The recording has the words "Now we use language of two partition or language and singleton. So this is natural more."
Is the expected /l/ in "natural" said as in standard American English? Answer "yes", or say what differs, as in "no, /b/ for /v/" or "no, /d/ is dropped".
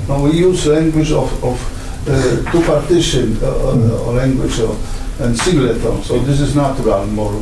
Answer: no, /n/ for /l/